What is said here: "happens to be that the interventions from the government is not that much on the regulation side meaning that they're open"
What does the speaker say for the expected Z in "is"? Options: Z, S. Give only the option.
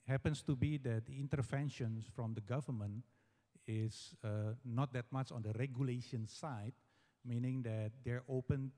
S